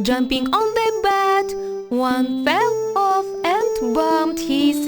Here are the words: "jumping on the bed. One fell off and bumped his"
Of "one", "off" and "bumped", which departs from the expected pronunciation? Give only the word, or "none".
bumped